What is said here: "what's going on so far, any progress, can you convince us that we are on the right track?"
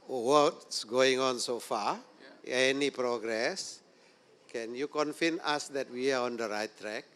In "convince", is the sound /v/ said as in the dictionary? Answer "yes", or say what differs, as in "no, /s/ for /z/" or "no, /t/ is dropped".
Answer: no, /f/ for /v/